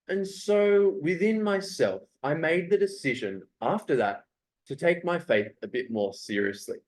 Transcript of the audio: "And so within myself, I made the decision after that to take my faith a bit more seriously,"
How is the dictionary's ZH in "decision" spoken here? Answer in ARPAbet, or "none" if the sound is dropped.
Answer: ZH